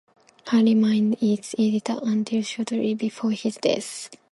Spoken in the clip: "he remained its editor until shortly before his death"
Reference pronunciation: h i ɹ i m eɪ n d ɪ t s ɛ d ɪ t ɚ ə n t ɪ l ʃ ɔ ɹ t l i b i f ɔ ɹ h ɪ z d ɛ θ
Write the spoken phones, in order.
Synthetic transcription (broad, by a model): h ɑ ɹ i m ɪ n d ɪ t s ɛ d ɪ t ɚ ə n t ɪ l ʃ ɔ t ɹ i b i f ɔ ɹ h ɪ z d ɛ s